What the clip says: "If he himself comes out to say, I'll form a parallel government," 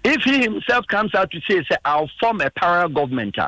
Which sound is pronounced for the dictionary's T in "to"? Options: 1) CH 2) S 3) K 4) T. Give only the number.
2